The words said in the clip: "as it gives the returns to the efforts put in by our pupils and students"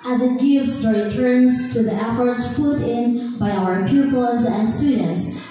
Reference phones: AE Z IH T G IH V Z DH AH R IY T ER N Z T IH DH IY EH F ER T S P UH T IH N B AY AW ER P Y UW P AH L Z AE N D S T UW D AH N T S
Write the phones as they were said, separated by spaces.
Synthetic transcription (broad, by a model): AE Z IH T G IH V Z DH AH R IY T ER N Z T IH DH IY EH F ER T S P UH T IH N B AY AW ER P Y UW P AH L Z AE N S T UW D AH N T S